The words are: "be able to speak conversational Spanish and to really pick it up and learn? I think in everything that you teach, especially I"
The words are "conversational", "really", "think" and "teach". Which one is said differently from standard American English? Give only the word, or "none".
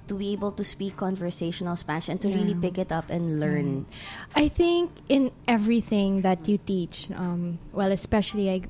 none